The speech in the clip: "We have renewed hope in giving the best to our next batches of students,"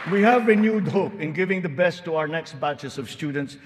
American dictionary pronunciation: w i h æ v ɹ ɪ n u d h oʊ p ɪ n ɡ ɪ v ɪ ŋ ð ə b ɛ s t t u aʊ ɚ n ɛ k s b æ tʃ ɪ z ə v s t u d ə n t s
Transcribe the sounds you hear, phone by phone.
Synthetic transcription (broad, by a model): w i h æ v ɹ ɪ n u d h oʊ p ɪ n ɡ ɪ v ɪ ŋ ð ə b ɛ s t t u aʊ ɚ n ɛ k s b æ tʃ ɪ s ə v s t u d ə n t s